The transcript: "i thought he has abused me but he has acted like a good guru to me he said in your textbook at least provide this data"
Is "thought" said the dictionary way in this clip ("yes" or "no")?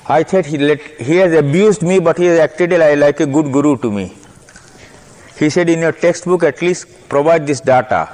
no